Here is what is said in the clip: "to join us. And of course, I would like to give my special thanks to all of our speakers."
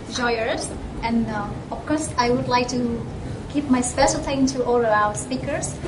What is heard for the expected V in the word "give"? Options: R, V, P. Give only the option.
P